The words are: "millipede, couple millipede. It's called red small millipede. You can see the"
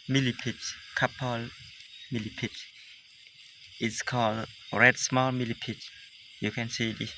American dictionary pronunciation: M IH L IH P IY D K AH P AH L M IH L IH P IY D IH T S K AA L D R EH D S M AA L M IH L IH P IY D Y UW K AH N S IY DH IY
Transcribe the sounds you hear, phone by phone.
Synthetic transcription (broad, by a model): M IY L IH P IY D K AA P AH L M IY L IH P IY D IH T S K AA L D R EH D S M AA L M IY L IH P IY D Y UW K AH N S IY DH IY